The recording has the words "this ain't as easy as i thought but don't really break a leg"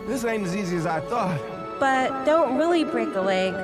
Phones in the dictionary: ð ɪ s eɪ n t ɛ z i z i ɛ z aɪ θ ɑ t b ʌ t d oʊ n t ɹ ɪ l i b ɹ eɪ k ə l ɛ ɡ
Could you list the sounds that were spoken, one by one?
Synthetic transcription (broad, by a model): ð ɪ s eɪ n ɪ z i z i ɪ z aɪ θ ɑ t b ʌ t d oʊ n t ɹ ɪ l i b ɹ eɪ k ə l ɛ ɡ